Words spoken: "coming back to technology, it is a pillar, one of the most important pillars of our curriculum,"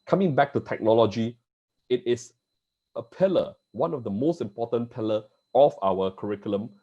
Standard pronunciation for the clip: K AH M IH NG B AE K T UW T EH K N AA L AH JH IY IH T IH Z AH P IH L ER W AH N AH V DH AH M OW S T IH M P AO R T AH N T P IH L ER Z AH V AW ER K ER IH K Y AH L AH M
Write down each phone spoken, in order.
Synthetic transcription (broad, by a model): K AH M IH NG B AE K T UW T EH K N AA L AH JH IY IH T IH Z AH P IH L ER W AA N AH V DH AH M OW S T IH M P AO T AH N P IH L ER AH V AW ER K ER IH K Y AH L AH M